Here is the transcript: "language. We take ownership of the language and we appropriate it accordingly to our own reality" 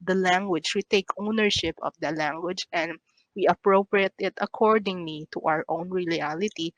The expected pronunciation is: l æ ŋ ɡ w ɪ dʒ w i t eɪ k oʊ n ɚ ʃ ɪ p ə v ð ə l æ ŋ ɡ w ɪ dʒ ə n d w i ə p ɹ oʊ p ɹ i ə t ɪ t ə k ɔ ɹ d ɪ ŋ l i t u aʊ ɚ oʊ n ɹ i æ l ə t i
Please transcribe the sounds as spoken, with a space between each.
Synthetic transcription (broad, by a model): l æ ŋ ɡ w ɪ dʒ w i t eɪ k oʊ n ɚ ʃ ɪ p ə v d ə l æ ŋ ɡ w ɪ dʒ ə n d w i ə p ɹ oʊ p ɹ i ə t ɪ t ə k ɔ ɹ d ɪ ŋ l i t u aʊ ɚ oʊ n ɹ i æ l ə t i